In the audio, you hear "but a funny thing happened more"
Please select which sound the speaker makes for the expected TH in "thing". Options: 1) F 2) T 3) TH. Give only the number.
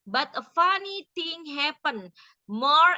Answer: 2